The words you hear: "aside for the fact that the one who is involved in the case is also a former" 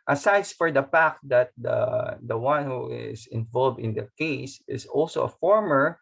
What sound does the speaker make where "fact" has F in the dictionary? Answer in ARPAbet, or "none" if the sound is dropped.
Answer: P